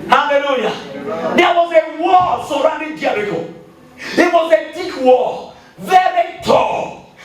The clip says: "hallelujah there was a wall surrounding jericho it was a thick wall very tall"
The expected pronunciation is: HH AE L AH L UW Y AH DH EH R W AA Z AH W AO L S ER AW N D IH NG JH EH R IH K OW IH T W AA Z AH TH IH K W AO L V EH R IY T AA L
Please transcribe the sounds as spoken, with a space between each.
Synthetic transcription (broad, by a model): HH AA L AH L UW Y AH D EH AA W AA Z AH W AO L S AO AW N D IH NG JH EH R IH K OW IH T W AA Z AH T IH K W AO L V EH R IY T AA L